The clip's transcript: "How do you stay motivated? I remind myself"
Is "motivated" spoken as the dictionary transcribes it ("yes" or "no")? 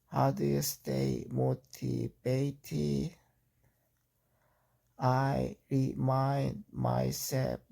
no